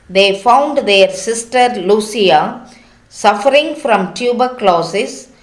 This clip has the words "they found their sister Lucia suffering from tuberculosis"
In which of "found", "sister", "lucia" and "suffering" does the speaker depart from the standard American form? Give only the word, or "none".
lucia